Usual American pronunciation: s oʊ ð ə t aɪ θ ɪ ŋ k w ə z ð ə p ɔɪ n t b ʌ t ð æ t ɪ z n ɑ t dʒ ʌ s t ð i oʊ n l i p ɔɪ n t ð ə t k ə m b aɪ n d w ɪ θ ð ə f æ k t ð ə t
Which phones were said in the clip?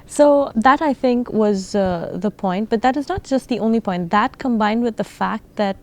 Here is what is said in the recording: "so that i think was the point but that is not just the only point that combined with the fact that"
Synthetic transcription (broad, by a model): s oʊ ð ə t aɪ θ ɪ ŋ k w ə z ð ə p ɔɪ n t b ʌ t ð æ t ɪ z n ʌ t dʒ ʌ s t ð i oʊ n l i p ɔɪ n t ð ə t k ə m b aɪ n d w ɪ ð ə f æ k t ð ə t